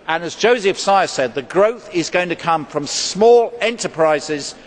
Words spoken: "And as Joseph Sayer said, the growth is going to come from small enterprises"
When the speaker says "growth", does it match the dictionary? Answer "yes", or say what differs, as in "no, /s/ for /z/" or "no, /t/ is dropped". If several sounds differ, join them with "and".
yes